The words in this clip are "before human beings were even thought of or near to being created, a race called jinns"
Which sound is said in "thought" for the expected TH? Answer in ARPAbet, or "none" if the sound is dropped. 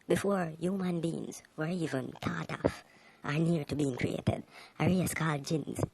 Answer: T